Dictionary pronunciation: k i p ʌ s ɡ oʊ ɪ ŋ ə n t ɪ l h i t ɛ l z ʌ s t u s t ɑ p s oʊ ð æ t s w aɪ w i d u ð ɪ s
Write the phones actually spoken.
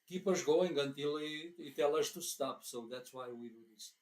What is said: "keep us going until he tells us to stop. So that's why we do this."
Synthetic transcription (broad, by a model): k i p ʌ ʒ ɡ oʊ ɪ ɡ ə n t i l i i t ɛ l ʌ ʃ t u s t ɑ p s oʊ ð æ t s w aɪ w i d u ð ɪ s